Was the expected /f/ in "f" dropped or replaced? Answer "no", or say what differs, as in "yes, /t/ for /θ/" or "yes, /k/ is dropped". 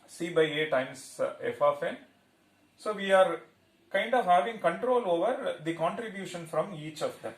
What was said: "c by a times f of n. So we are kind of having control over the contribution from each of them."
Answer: no